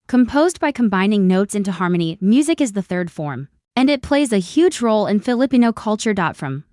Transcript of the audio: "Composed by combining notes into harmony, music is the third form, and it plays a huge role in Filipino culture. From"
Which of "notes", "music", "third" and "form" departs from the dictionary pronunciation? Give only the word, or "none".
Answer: none